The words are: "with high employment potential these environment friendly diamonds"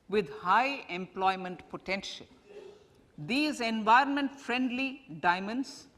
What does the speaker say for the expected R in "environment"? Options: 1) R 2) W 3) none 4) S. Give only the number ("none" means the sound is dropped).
1